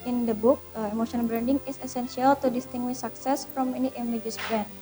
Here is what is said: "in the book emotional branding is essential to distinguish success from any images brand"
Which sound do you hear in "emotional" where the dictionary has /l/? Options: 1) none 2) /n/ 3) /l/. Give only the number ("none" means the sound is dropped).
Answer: 2